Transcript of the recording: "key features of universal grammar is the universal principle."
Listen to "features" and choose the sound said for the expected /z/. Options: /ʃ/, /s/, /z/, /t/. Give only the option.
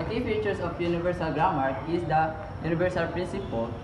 /s/